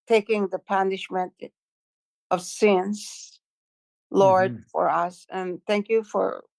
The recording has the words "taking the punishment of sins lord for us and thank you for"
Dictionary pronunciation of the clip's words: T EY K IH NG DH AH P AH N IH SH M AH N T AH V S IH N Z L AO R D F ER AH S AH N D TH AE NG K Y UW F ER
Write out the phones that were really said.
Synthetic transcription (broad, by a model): T EY K IH NG DH AH P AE N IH SH M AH N T AH V S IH N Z L AO R D F ER AH S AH N TH AE NG K Y UW F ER